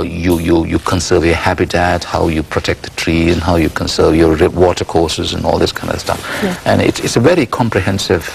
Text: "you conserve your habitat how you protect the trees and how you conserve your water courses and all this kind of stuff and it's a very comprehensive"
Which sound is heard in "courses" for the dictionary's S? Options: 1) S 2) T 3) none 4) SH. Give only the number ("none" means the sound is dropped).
1